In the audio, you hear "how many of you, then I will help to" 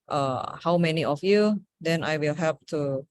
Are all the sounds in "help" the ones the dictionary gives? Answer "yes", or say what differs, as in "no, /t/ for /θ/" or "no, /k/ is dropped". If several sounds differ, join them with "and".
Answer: no, /l/ is dropped